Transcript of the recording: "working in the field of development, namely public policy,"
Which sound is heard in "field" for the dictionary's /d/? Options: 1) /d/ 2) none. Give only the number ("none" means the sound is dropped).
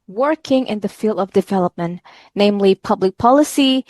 1